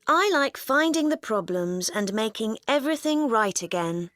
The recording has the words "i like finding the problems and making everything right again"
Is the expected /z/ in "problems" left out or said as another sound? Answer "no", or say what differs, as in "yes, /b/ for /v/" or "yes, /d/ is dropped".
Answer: no